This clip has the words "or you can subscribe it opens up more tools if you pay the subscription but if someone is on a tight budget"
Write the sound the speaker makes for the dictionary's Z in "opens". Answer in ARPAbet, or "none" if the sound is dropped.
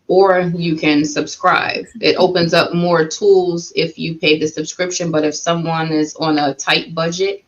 Z